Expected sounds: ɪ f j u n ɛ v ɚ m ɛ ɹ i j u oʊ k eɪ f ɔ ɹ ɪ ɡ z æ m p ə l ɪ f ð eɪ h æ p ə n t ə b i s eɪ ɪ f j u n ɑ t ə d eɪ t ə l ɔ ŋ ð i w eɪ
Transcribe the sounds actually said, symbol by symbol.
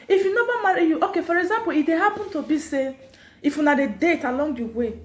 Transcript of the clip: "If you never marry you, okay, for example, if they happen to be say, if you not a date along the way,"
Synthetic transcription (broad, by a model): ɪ f j u n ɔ b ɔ m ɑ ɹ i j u oʊ k eɪ f ɔ ɹ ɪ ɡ z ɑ m p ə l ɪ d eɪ h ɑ p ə n t ə b i s eɪ ɪ f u n ɑ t ə d eɪ t ə l ɔ ŋ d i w eɪ